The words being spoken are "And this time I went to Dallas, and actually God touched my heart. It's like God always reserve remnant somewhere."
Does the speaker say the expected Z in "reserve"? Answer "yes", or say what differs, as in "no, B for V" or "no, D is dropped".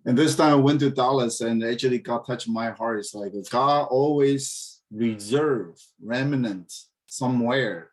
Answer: yes